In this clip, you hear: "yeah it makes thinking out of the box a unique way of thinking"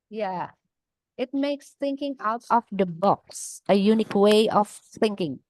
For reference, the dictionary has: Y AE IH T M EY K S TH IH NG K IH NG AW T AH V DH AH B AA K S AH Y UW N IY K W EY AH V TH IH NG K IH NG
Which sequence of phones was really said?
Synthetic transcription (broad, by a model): Y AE IH T M EY K S TH IH NG K IH NG AW T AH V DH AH B AA K S AH Y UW N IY K W EY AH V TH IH NG K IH NG